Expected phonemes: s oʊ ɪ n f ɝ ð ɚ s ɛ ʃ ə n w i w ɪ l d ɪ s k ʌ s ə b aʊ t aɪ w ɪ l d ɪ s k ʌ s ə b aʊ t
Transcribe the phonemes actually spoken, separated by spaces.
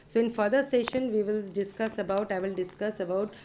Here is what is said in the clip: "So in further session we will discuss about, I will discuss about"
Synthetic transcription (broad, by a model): s oʊ ɪ n f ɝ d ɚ s ɛ ʃ ə n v i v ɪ l d ɪ s k ʌ s ə b aʊ t aɪ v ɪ l d ɪ s k ʌ s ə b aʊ t